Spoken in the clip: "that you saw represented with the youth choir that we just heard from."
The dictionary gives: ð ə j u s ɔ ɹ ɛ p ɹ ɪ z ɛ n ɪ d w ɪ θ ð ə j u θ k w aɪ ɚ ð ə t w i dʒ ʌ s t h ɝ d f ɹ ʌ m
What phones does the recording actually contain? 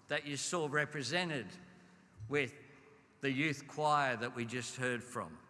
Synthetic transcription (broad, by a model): ð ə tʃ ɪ s ɔ ɹ ɛ p ɹ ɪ z ɛ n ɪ d w ɪ ð ə j u θ k w aɪ ɚ ð ə t w i dʒ ʌ s t h ɝ d f ɹ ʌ m